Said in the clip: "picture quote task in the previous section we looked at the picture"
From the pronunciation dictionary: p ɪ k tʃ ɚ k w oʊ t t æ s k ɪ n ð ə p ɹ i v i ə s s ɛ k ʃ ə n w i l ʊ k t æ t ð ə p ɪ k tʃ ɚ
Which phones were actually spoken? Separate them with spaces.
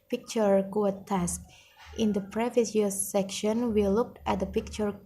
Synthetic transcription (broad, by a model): p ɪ k tʃ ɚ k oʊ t t æ s k ɪ n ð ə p ɹ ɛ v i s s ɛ k ʃ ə n w i l ʊ k t æ t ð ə p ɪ k tʃ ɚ